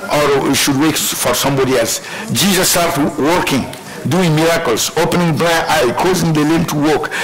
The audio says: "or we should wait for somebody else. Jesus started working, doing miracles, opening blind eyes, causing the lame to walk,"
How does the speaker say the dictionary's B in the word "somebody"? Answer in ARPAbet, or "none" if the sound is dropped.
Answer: B